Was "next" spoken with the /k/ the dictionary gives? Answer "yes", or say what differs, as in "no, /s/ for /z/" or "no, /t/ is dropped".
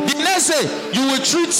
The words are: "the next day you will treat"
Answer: no, /k/ is dropped